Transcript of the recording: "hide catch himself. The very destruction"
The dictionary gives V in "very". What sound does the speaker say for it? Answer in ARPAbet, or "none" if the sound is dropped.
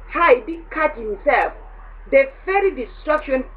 F